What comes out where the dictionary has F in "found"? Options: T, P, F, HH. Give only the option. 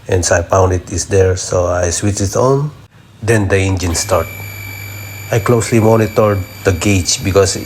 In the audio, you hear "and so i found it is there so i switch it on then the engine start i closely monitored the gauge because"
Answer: P